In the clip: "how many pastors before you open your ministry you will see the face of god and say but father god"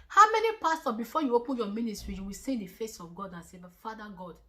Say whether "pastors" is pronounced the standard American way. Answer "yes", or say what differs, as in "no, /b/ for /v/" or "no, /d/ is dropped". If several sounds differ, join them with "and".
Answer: no, /z/ is dropped